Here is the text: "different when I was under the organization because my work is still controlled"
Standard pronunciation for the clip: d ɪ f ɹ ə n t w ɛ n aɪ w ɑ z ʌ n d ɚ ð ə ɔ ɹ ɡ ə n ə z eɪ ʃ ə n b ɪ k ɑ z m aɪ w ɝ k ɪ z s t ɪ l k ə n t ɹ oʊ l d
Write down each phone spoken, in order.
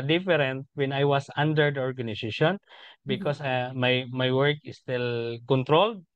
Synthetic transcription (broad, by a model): d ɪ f ɹ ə n t w ɛ n aɪ w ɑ s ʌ n d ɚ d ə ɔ ɹ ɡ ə n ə s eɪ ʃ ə n b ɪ k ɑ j m aɪ w ɝ k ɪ s t ɪ l k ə n t ɹ oʊ l d